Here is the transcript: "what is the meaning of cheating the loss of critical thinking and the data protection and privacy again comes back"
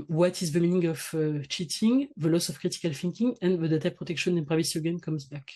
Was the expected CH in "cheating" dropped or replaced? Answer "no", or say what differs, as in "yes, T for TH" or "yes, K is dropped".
no